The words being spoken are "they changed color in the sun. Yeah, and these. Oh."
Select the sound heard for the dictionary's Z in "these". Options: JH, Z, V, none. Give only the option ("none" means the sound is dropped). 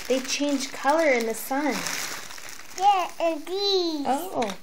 none